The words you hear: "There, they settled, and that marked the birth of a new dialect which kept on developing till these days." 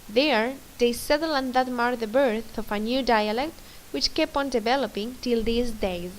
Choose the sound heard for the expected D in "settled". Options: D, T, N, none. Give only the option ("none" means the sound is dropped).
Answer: none